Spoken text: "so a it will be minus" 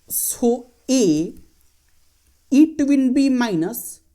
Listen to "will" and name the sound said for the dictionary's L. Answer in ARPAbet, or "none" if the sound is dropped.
N